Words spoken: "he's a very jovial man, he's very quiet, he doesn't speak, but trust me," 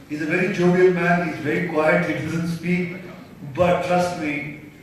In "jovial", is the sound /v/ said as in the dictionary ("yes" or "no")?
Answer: no